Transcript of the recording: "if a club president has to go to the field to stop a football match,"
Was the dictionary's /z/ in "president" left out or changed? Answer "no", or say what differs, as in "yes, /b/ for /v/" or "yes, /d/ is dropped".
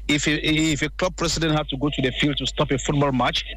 yes, /s/ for /z/